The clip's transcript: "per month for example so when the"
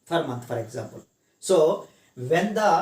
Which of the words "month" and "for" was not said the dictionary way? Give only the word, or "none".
month